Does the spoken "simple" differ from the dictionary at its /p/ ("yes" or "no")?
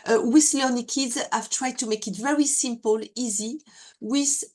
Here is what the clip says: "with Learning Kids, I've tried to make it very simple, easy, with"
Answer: no